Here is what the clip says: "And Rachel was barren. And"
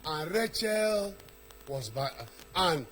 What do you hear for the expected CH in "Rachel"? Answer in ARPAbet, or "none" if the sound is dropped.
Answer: CH